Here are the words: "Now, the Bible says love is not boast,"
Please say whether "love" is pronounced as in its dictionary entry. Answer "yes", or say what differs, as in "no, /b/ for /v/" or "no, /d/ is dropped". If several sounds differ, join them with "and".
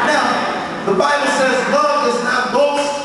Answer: no, /v/ is dropped